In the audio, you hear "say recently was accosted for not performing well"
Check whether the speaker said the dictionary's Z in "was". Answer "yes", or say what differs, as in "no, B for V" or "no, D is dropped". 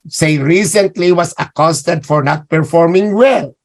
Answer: no, S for Z